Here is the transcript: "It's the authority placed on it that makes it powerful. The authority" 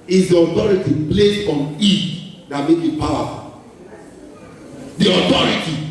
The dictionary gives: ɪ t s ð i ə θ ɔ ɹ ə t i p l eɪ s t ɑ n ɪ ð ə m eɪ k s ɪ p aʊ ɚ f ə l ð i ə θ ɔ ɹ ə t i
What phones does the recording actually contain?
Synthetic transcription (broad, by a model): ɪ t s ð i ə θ ɔ ɹ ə t i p l eɪ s ɑ n ɪ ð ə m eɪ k ɪ p aʊ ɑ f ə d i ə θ ɔ ɹ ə t i